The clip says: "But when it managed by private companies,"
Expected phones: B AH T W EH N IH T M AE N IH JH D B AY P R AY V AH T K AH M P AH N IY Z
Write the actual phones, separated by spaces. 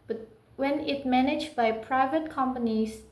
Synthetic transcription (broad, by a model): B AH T W EH N IH T M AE N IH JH B AY P R AY V AH T K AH M P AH N IY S